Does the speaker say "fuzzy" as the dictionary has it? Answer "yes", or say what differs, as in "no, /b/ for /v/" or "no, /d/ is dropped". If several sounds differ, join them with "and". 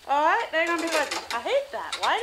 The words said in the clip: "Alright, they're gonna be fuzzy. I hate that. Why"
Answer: no, /p/ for /f/